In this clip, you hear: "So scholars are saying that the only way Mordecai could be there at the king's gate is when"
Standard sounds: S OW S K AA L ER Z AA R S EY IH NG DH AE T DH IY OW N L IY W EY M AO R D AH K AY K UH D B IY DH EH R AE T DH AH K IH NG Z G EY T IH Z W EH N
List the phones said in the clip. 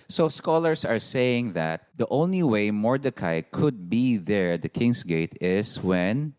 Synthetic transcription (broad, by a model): S OW S K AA L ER S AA R S EY IH NG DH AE T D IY OW N L IY W EY M AO R D AH K AY K UH D B IY DH EH R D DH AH K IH NG S G EY T IH S W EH N